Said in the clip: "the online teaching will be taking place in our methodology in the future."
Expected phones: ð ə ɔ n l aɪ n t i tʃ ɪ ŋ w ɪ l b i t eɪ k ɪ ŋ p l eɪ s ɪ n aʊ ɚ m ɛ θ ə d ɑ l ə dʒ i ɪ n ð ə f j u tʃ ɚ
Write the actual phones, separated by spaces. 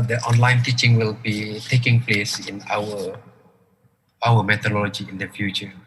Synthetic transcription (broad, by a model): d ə ɔ n l aɪ n t i tʃ ɪ ŋ w ɪ l b i t eɪ k ɪ ŋ p l eɪ s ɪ n aʊ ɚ m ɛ t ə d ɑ l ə dʒ i ɪ n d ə f j u tʃ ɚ